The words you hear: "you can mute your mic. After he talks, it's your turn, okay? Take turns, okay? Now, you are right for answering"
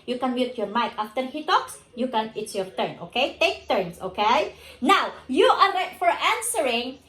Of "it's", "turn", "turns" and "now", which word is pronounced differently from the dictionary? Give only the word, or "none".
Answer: turns